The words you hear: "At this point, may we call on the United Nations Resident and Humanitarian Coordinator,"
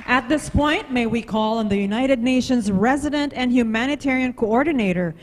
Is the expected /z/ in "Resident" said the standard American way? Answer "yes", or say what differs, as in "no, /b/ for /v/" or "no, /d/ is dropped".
yes